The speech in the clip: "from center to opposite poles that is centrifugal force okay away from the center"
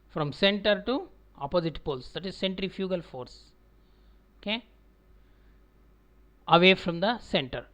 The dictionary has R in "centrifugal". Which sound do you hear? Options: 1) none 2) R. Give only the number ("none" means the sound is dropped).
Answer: 2